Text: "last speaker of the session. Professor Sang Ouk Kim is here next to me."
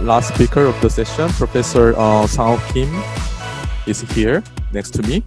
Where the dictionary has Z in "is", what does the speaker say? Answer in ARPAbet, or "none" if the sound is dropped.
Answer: S